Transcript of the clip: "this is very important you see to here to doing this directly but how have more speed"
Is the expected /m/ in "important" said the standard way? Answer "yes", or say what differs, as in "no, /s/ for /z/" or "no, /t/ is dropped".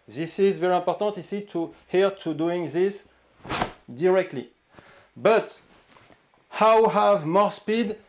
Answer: no, /m/ is dropped